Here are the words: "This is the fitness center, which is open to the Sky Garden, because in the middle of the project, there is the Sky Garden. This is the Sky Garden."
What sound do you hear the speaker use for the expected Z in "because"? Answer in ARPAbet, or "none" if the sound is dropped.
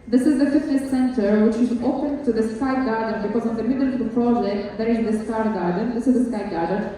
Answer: Z